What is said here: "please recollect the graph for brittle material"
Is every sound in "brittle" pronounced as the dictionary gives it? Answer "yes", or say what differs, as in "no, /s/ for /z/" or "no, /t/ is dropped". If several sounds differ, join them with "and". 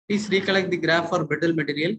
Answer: no, /ɹ/ is dropped